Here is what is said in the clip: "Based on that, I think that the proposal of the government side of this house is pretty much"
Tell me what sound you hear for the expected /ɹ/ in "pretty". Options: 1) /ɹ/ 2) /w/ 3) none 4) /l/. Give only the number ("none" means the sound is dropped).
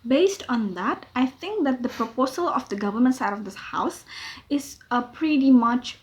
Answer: 1